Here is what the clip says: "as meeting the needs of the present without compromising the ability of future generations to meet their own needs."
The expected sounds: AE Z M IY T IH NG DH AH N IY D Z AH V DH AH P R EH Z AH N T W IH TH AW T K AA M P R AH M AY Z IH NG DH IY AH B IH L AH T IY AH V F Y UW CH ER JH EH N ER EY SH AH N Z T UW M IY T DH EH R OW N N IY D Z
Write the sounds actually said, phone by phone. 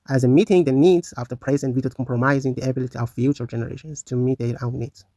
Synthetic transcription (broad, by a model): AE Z M IY T IH NG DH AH N IY D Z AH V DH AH P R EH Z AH N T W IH T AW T K AA M P R AH M AY Z IH NG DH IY AH B IH L AH T IY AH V F Y UW CH ER JH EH N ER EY SH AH N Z T UW M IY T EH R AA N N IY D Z